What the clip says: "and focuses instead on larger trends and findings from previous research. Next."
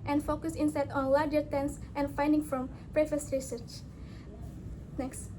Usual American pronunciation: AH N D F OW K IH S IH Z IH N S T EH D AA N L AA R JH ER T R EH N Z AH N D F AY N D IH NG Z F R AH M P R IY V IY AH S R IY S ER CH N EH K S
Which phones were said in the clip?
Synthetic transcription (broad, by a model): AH N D F OW K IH S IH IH N S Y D AA N L AA R JH ER T EH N S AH N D F AY N D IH NG F R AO M P R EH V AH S R IY S ER CH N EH K S